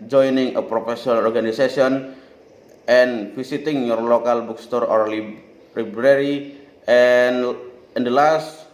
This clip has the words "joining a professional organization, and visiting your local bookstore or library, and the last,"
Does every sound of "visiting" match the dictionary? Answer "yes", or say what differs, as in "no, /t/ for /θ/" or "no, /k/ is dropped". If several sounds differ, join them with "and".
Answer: no, /s/ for /z/